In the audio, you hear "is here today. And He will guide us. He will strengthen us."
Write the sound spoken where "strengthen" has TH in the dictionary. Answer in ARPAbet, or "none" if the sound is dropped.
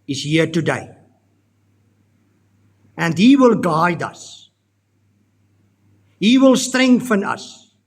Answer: F